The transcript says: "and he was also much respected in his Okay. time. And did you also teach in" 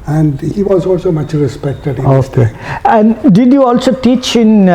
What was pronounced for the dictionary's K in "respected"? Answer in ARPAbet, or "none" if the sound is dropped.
K